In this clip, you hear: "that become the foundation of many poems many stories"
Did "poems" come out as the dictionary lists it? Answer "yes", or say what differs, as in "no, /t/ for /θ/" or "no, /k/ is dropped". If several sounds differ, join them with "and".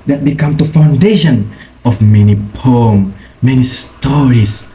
no, /z/ is dropped